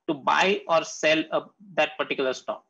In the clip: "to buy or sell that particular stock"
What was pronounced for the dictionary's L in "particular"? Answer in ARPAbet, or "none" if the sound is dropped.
L